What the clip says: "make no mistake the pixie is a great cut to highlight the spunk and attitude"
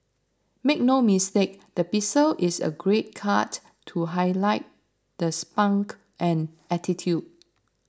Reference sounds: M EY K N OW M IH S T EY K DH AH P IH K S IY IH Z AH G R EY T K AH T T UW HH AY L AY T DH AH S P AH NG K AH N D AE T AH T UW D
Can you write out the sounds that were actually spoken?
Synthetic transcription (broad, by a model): M EY K N OW M IH S T EY K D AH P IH S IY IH S AH G R EY T K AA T T UW HH AY L AY T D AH S P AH NG K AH N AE T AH T UW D